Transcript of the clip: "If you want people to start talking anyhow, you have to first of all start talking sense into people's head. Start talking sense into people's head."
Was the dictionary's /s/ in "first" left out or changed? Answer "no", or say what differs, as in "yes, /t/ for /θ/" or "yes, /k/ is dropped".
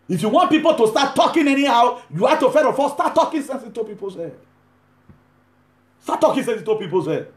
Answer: yes, /s/ is dropped